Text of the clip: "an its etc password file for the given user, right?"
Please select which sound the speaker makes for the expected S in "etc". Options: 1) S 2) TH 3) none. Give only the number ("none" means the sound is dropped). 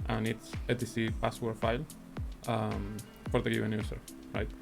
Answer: 3